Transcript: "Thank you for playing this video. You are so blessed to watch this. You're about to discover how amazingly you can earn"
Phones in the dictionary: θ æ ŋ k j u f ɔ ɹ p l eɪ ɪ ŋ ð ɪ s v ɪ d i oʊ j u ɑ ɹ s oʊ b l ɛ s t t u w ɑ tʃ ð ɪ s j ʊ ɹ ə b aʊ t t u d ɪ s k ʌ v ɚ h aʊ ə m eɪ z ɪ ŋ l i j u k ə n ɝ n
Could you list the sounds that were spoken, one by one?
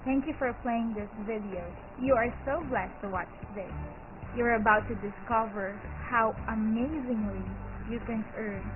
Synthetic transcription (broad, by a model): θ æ ŋ k j u f ɔ ɹ p l eɪ ɪ ŋ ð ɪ s v ɪ d i oʊ j u ɑ ɹ s oʊ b l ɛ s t t u w ɑ tʃ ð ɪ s j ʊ ɹ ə b aʊ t t u d ɪ s k ʌ v ɚ h aʊ ə m eɪ z ɪ ŋ l i j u k ə n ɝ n